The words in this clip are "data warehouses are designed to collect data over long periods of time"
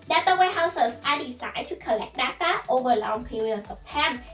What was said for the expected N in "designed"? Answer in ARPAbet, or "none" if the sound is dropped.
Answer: none